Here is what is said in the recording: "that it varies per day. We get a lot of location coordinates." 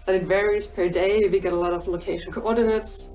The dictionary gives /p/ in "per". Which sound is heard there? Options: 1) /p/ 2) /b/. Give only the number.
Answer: 1